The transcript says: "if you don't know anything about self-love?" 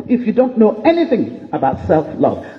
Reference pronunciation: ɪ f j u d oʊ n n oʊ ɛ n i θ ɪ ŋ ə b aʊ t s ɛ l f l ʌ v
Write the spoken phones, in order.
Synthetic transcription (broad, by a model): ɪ f j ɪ d oʊ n n oʊ ɛ n i θ ɪ ŋ ə b aʊ t s ɛ l f l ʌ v